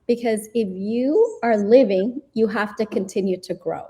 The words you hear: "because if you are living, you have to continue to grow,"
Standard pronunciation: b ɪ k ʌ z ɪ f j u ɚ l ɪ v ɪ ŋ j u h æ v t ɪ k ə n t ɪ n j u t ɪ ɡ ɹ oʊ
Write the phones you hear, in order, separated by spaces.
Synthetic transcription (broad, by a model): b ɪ k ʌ z ɪ f j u ɚ l ɪ v ɪ ŋ j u h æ f t ɪ k ə n t ɪ n j u t ɪ ɡ ɹ oʊ